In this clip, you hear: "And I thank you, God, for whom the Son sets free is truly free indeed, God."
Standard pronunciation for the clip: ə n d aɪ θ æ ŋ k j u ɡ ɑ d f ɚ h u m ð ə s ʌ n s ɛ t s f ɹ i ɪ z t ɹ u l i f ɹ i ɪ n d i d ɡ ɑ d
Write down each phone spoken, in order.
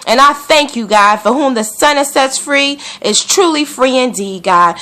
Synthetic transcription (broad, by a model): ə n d aɪ θ æ ŋ k j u ɡ ɑ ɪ f ɚ h u m ð ə s ʌ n s ɛ t s f ɹ i ɪ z t ɹ u l i f ɹ i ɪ n d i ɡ ɑ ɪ